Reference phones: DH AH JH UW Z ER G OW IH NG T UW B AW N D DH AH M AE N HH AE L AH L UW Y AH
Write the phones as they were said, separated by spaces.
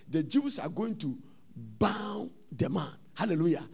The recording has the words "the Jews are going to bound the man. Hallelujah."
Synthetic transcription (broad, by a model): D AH JH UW S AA G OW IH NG T UW B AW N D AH M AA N HH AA L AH L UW Y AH